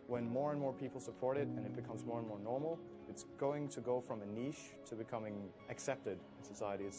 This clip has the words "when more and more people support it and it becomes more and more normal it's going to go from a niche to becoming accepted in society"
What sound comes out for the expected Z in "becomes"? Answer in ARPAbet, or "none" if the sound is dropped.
Z